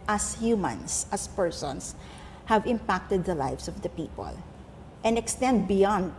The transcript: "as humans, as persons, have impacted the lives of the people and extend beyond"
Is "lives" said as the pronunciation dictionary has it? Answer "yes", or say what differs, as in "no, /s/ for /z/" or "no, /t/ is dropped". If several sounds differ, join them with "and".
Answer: no, /s/ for /z/